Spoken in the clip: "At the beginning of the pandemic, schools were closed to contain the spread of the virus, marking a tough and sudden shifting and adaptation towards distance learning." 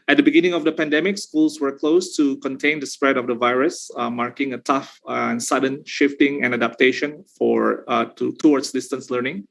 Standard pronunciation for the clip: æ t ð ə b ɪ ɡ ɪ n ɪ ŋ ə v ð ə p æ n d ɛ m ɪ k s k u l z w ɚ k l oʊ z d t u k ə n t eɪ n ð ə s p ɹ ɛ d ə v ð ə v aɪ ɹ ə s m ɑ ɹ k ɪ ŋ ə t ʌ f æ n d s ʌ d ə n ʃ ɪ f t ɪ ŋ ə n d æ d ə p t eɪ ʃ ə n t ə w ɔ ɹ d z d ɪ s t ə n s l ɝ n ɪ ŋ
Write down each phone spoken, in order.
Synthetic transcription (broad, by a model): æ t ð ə b ɪ ɡ ɪ n ɪ ŋ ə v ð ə p æ n d ɛ m ɪ k s k u l s w ɚ k l oʊ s t u k ə n t eɪ n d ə s p ɹ ɛ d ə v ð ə v aɪ ɹ ə s m ɑ ɹ k ɪ ŋ ə t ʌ f n s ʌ d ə n ʃ ɪ f t ɪ ŋ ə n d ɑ d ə p t eɪ ʃ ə n t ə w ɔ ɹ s d ɪ s t ə n s l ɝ n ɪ ŋ